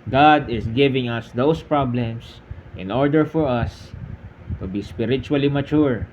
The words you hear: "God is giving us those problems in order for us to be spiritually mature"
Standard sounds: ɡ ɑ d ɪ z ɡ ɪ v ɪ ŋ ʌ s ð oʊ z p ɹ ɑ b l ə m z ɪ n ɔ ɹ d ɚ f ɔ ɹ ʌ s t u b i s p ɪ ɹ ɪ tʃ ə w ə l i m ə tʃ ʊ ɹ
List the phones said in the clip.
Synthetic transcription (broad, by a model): ɡ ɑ d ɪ s ɡ ɪ v ɪ ŋ ʌ s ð oʊ s p ɹ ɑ b l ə m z ɪ n ɔ ɹ d ɚ f ɔ ɹ ʌ s t u b i s p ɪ ɹ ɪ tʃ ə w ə l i m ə tʃ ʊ ɹ